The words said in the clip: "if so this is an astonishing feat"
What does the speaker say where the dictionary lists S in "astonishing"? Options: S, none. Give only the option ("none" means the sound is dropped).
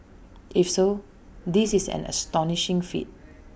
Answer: S